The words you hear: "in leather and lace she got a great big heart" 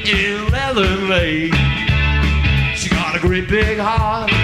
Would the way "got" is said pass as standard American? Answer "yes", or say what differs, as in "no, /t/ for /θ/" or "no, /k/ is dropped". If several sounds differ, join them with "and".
yes